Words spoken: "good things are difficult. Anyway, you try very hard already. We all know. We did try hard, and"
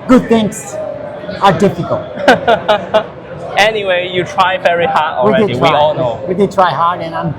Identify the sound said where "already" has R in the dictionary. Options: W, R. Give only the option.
W